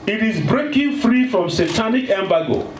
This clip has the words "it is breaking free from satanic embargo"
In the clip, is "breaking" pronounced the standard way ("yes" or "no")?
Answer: yes